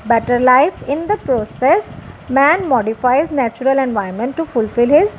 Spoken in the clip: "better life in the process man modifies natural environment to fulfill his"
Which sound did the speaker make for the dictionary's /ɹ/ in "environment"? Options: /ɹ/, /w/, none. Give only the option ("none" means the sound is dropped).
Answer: none